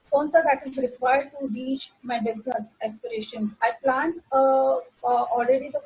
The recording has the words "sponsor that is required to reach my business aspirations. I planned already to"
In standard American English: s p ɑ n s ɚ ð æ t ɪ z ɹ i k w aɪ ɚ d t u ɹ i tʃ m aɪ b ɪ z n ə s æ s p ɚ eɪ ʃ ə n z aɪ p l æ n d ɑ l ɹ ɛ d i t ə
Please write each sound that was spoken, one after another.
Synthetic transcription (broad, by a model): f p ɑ n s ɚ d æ t ɪ z ɹ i k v aɪ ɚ d t u ɹ i tʃ m aɪ b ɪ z n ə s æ s p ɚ eɪ ʃ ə n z aɪ p l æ n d ɑ l ɹ ɛ d i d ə